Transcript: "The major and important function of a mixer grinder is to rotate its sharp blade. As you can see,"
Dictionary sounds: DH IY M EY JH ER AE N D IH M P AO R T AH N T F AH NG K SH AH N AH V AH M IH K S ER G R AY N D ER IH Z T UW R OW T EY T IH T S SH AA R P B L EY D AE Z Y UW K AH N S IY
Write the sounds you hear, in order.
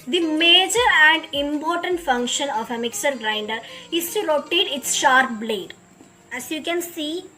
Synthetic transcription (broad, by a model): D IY M EY JH ER AE N D IH M P AO R T AH N T F AH NG K SH AH N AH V AH M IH K S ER G R AY N D ER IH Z T UW R OW T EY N IH T S SH AA R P B L EY D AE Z Y UW K AH N S IY